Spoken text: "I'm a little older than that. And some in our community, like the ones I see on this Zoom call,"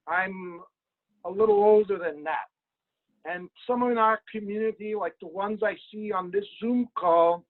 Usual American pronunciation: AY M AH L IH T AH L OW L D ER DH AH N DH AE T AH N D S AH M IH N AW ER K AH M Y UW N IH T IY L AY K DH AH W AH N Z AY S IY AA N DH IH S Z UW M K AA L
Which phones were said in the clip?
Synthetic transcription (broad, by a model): AY M AH L IH T L OW L D ER DH AH N DH AE T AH N S AH M IH N AW ER K AH M Y UW N IH T IY L AY K DH AH W AH N Z AY S IY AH N DH IH S Z UW M K AA L